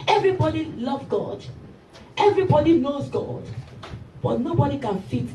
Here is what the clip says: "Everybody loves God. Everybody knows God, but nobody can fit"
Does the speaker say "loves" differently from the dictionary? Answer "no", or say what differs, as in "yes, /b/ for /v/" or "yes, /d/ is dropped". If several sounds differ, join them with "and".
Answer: yes, /z/ is dropped